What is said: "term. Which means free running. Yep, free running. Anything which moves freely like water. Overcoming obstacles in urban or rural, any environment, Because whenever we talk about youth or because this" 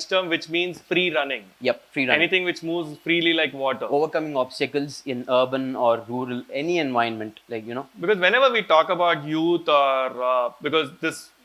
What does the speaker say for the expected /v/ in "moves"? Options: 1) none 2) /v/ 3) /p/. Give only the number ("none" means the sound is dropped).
2